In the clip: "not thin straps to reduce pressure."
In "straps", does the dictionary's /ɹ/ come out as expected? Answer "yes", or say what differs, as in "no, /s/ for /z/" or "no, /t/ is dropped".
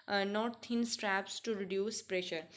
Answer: yes